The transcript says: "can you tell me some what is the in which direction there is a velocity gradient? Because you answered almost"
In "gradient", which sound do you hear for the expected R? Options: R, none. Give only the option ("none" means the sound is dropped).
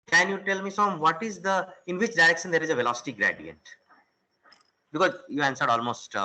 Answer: R